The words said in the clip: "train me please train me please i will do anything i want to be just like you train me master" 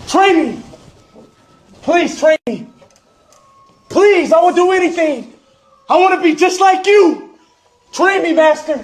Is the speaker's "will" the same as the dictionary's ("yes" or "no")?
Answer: no